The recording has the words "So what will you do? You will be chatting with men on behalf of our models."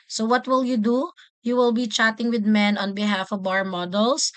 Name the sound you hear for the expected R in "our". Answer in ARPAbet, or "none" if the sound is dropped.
R